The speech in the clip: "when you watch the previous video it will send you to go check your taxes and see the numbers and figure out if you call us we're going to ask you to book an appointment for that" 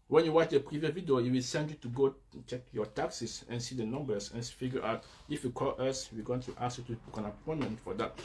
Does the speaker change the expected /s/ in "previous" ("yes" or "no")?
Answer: yes